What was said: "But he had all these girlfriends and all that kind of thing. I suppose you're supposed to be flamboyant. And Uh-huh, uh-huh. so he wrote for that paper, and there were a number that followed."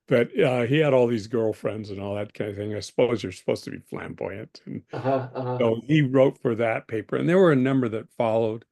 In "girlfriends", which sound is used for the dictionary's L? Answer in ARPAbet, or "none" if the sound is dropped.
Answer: L